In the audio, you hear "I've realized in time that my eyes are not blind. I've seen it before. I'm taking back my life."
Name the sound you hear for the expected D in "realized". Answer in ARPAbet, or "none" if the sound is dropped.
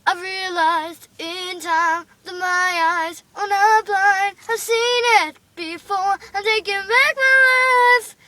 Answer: D